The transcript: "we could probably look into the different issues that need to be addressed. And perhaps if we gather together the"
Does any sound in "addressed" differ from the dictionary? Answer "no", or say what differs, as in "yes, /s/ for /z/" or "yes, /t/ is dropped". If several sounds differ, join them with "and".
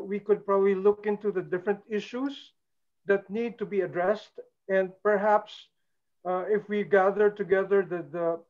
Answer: no